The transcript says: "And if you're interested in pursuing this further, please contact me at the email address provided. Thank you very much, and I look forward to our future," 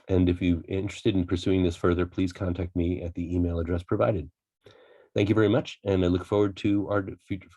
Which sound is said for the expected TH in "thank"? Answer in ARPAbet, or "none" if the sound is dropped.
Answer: TH